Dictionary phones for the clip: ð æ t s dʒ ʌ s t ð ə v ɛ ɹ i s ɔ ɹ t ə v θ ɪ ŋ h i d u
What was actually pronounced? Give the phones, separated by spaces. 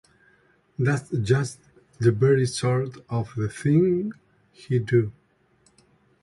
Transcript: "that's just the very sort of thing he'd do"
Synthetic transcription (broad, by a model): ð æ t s dʒ ʌ s t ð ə b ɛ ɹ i s ɔ ɹ t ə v θ ɪ ŋ h i d u